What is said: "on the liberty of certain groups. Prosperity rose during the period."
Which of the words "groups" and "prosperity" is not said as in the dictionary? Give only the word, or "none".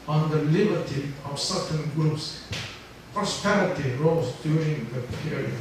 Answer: none